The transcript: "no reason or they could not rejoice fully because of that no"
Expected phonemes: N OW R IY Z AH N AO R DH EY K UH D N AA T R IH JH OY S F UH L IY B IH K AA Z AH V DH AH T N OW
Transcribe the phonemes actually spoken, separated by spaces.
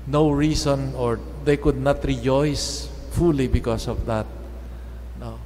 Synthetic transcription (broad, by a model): N OW R IY S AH N AO R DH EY K UH D N AA T R IH JH OY S F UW L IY B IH K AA S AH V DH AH T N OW